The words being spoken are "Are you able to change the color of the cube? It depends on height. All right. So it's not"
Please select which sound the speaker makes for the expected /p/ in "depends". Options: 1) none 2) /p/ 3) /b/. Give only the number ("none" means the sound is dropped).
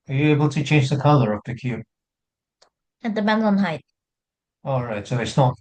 3